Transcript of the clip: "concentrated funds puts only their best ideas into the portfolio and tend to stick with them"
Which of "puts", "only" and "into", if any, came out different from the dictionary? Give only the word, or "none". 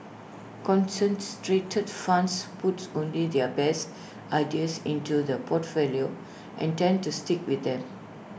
puts